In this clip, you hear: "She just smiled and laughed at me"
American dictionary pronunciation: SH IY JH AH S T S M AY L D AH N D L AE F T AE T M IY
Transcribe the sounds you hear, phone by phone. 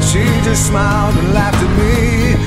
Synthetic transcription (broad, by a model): SH IY JH AH S T S M AY L D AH N L AE F T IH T M IY